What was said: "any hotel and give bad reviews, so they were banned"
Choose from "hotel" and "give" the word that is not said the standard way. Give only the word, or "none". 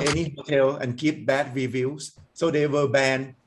give